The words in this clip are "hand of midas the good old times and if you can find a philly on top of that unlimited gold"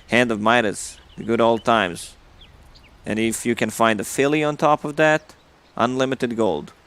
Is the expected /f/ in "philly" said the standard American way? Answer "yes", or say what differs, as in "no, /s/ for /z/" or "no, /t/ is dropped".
yes